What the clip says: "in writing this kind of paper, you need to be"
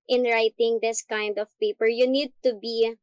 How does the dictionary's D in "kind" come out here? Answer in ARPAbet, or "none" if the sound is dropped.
D